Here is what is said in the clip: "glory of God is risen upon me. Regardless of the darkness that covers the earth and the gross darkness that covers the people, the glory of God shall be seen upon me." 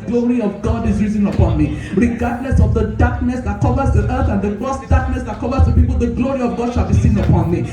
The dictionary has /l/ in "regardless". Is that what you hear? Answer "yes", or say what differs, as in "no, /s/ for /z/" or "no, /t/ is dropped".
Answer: no, /n/ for /l/